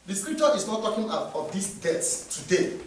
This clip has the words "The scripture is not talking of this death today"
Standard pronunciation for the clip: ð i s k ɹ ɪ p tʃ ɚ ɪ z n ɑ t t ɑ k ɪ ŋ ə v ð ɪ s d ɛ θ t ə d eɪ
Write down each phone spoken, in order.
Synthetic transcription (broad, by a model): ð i s k ɹ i p tʃ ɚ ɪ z n ɑ t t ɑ k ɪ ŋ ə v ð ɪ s d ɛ s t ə d eɪ